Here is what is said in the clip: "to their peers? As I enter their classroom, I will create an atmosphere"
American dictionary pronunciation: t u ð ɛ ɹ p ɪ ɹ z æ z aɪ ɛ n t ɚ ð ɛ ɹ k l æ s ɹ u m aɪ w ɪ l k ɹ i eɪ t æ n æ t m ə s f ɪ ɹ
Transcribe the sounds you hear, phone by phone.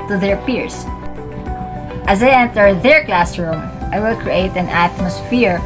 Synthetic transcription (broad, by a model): t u ð ɛ ɹ p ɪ ɹ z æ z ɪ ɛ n t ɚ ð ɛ ɹ k l æ s ɹ u m aɪ w ɪ l k ɹ i eɪ t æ n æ t m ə s f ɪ ɹ